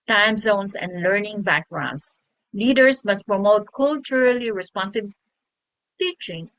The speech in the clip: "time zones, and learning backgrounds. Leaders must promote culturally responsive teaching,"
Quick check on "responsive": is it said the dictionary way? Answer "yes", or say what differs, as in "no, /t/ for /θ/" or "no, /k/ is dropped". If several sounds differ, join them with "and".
no, /b/ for /v/